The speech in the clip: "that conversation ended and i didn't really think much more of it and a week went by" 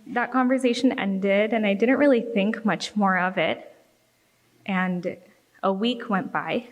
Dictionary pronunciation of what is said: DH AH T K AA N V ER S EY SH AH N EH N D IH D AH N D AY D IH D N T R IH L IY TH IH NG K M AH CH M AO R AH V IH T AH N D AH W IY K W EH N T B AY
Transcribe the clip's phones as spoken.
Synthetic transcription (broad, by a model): DH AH T K AA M V ER S EY SH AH N EH N D IH D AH N AY D IH D N T R IH L IY TH IH NG K M AH CH M AO R AH V IH T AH N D AH W IY K W EH N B AY